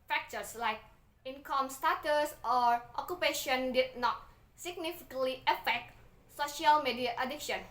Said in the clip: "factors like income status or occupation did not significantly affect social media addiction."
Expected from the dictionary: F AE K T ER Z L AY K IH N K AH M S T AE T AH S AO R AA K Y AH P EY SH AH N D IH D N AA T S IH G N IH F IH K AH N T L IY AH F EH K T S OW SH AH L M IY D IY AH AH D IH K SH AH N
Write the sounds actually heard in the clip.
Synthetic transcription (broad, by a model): F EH K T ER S L AY K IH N K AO M S T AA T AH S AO R AA K Y AH P EY SH AH N D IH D N AA T S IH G N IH F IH K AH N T L IY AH F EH K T S OW SH AH L M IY D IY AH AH D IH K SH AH N